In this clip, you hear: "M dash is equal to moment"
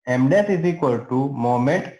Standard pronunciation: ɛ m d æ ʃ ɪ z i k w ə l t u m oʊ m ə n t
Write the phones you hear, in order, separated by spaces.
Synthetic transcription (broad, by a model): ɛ m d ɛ s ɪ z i k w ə l t u m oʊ m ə n t